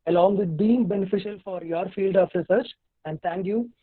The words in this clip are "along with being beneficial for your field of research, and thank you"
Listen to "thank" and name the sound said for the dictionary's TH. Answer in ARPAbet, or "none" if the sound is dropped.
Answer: T